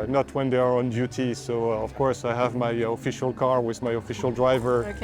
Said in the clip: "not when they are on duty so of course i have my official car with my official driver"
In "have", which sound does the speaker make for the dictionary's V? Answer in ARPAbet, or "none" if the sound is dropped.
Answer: V